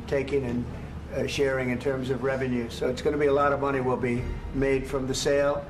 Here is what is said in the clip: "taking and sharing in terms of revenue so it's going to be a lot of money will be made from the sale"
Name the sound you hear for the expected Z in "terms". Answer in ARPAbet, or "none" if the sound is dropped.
Z